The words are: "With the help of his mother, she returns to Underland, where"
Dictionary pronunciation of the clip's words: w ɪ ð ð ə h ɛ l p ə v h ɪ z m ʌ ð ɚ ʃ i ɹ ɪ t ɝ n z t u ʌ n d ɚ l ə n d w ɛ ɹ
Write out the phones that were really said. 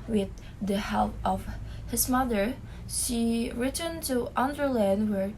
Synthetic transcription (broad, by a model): w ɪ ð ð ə h ɛ l p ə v h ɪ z m ʌ ð ɚ ʃ i ɹ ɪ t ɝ n t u ʌ n d ɚ l ə n d w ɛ ɹ